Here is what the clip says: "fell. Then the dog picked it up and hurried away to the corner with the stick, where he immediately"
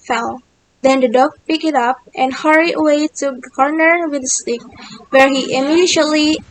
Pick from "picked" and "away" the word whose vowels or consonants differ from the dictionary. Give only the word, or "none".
picked